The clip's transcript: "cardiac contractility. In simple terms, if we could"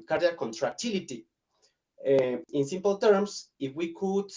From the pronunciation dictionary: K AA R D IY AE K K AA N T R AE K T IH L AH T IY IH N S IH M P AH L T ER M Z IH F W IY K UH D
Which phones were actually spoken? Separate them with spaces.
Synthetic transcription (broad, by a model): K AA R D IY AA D K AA N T R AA K T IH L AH T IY IH N S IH M P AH L T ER M S IH F W IY K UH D